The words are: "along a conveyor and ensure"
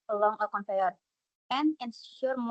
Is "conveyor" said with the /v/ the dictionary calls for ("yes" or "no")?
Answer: no